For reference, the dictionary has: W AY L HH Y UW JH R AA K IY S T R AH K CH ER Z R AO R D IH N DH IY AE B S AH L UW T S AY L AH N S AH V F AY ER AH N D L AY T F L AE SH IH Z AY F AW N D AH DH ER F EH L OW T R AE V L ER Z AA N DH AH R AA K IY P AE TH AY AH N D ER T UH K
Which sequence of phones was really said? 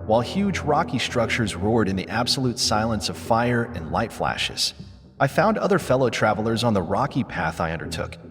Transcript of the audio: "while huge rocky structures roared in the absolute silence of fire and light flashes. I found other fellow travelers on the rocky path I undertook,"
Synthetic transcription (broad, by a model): W AY L HH Y UW JH R AA K IY S T R AH K CH ER Z R AO R D IH N DH IY AE B S AH L UW T S AY L AH N S AH V F AY ER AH N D L AY T F L AE SH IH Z AY F AW N D AH DH ER F EH L OW T R AE V L ER Z N DH AH R AA K IY P AE TH AY AH N D ER T UH K